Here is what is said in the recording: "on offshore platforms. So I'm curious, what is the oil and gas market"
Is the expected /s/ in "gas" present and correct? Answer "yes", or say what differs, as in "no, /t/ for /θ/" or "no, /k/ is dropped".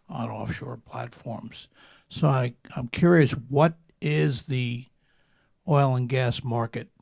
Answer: yes